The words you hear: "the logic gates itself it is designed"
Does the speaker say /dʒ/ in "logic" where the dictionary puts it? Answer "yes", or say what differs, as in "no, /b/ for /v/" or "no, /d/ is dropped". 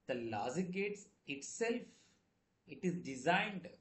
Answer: no, /z/ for /dʒ/